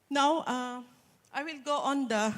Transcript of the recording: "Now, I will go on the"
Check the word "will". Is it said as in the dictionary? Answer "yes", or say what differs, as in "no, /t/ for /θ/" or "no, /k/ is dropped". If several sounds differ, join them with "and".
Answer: yes